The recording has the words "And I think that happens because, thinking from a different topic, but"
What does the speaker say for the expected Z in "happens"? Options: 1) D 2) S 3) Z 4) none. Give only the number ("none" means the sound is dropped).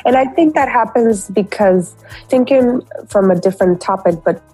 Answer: 3